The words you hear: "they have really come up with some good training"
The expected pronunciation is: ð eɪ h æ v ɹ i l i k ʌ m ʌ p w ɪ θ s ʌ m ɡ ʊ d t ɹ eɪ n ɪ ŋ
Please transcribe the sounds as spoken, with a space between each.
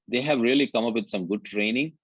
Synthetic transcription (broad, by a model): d eɪ h æ v ɹ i l i k ʌ m ʌ p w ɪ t s ʌ m ɡ ʊ d t ɹ eɪ n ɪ ŋ